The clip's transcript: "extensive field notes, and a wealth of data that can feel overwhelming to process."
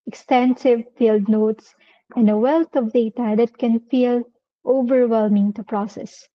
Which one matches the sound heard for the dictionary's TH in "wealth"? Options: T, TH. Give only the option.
T